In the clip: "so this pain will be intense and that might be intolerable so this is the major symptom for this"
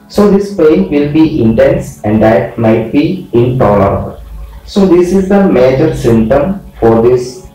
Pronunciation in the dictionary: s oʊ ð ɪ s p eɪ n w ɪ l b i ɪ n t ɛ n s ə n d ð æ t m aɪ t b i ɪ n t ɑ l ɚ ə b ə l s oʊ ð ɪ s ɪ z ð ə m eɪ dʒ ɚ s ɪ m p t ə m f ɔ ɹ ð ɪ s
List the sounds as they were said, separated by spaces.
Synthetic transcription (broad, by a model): s oʊ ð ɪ s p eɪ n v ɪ l b i ɪ n t ɛ n s ə n d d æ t m aɪ t b i ɪ n t ɑ l ɚ ə b ə l s oʊ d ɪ s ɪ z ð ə m eɪ dʒ ɚ s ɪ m t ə m f ɔ ɹ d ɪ s